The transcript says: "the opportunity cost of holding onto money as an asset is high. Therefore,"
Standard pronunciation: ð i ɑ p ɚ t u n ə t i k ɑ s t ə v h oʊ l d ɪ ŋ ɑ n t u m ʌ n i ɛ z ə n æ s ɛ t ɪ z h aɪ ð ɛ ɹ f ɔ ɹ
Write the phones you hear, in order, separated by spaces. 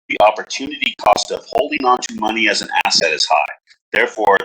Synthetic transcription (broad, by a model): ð i ɑ p ɚ t u n ə t i k ɑ s t ə v h oʊ l d ɪ ŋ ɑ n t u m ʌ n i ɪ z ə n æ s ɛ t ɪ z h aɪ ð ɛ ɹ f ɔ ɹ